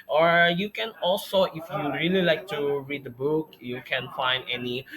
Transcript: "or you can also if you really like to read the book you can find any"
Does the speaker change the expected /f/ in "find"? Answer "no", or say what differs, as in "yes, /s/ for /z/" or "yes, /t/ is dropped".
no